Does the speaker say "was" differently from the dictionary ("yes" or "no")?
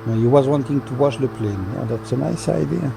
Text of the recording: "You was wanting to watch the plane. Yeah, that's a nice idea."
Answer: no